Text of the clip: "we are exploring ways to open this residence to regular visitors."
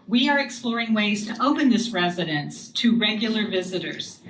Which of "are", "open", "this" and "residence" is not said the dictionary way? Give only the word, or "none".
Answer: none